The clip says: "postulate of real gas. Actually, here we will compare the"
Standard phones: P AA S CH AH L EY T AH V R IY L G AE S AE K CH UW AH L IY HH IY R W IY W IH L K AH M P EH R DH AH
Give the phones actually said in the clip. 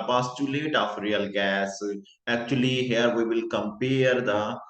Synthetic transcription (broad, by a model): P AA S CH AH L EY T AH F R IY L G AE S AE K CH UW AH L IY HH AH R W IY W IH L K AH M P EH R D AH